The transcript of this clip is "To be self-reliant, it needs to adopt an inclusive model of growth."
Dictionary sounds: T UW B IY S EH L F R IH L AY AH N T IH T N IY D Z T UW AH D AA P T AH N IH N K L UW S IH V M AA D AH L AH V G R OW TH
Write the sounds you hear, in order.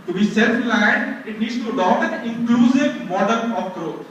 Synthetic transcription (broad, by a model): T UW B IY S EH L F L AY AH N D IH T N IY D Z T UW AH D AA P AH N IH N K L UW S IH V M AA D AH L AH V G R OW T